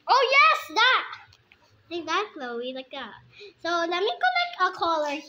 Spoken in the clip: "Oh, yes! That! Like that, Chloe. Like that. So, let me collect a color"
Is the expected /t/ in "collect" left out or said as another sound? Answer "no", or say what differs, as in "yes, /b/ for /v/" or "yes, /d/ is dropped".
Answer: yes, /t/ is dropped